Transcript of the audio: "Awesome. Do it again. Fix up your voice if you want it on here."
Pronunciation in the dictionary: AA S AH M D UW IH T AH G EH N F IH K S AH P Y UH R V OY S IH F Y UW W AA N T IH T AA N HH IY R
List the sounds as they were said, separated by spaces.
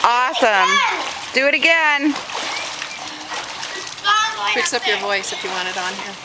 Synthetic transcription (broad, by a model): AA S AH M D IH IH T AH G EH N P IH K S AH P Y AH R V OY S IH F Y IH W AA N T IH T N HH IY R